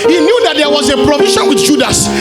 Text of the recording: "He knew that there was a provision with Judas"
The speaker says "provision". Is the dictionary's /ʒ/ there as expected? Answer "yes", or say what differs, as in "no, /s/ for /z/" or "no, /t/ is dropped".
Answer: no, /ʃ/ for /ʒ/